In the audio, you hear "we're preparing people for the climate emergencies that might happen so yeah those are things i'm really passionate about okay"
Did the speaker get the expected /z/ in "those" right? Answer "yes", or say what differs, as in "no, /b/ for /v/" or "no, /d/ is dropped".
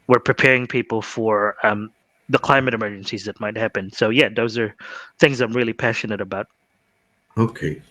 yes